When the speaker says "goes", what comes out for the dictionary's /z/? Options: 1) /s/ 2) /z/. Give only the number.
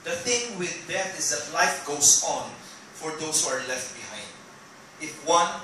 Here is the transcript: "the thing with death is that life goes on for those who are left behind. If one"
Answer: 1